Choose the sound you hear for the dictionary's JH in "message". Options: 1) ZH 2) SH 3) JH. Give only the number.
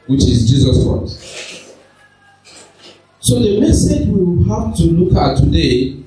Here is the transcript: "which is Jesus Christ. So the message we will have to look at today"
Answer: 3